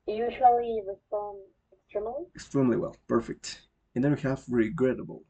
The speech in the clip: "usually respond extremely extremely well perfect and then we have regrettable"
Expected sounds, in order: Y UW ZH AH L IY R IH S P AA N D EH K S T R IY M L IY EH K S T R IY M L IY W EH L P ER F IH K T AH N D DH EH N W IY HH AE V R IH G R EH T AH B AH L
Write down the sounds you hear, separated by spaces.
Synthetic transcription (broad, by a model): Y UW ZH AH L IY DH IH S AA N EH K S T R IY M L IY EH K S T R IY M L IY W EH L P ER F IH K T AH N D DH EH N W IY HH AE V R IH G R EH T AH B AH L